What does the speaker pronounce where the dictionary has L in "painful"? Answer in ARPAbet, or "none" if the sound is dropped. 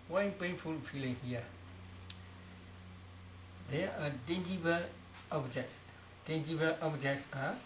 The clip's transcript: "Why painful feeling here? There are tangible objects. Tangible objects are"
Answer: L